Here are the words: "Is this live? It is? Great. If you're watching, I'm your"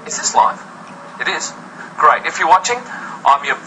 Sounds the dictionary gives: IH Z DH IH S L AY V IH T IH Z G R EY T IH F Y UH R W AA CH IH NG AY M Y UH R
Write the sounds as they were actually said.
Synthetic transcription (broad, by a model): IH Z DH IH S L AY F IH T IH Z G R EY T IH F Y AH R W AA CH IH NG AY M Y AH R